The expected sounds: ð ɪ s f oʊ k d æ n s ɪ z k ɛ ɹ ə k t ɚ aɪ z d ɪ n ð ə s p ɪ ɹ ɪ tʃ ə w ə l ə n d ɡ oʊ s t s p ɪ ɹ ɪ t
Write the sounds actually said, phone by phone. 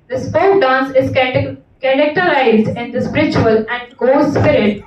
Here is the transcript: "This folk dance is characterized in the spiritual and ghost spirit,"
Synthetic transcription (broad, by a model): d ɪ s p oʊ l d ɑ n s ɪ z k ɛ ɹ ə k t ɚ aɪ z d ɪ n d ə s p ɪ ɹ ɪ tʃ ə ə l ə n d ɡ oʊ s s p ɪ ɹ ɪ t